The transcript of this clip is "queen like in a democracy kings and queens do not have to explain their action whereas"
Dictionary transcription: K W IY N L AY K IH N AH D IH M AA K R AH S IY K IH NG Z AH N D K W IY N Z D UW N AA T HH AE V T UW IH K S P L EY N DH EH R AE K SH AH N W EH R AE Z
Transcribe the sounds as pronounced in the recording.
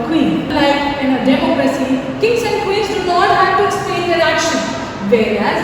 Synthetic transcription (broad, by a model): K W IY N L AY K IH N AH D IH M AA K R AH S IY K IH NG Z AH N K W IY N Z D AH L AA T HH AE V T UW IH K S P L EY N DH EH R AE K SH AH N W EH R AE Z